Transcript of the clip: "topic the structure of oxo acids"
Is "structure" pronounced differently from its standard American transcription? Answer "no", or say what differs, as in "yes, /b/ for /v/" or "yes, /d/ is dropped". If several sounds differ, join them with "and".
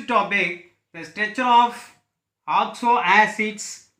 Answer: yes, /k/ is dropped